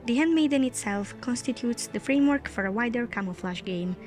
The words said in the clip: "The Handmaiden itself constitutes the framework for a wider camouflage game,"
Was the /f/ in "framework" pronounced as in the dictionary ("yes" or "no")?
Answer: yes